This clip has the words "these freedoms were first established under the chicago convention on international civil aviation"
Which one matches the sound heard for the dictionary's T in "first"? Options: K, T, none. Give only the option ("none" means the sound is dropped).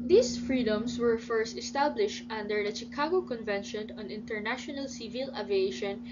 T